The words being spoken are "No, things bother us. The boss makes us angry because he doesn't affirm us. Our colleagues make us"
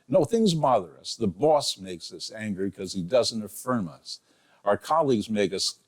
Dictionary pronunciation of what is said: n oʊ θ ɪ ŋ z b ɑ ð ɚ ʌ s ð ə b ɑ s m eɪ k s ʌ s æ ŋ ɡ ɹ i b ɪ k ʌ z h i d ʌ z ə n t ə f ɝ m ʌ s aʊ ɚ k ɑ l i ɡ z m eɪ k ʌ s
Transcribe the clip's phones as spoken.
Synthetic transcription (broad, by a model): n oʊ θ ɪ ŋ z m ɑ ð ɚ ʌ s ð ə b ɑ s m eɪ k s ʌ s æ ŋ ɡ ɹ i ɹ k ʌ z i d ʌ z ə n t ə f ɝ m ʌ s aʊ ɚ k ɑ l i ɡ z m eɪ k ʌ s